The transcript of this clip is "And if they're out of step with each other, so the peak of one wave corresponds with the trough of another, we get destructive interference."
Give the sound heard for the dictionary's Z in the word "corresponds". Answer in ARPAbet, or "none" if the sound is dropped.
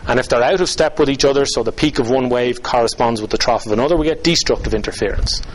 Z